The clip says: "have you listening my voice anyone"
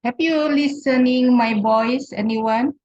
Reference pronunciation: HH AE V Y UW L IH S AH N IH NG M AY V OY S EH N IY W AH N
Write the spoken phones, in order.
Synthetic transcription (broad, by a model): HH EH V Y UW L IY S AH N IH NG M AY B OY S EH N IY W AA N